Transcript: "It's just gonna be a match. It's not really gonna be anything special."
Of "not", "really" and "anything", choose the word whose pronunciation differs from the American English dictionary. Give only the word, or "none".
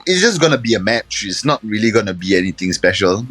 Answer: anything